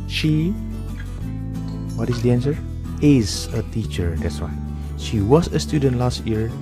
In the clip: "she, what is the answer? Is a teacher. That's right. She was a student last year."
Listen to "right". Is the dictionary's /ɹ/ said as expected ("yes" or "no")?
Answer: no